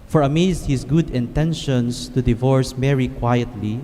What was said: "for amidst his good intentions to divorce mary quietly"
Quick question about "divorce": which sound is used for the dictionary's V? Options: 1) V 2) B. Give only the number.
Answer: 1